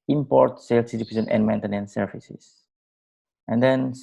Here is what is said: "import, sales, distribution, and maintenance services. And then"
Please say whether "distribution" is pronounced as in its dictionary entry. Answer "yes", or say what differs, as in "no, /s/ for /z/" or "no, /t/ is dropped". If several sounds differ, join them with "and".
no, /ɹ/ is dropped and /s/ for /ʃ/